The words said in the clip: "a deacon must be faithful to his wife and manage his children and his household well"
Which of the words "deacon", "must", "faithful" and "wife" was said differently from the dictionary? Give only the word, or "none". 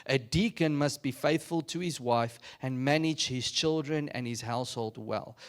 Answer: none